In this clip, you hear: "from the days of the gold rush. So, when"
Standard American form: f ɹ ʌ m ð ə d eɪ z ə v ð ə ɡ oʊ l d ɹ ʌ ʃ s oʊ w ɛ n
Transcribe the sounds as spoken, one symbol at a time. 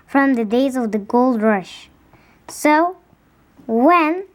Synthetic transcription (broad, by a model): f ɹ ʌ m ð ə d eɪ z ə v ð ə ɡ oʊ l d ɹ ʌ ʃ s oʊ w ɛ n